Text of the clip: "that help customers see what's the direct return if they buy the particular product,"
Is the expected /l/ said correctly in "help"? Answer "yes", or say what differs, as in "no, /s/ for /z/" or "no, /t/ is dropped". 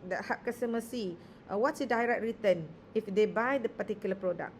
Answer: no, /l/ is dropped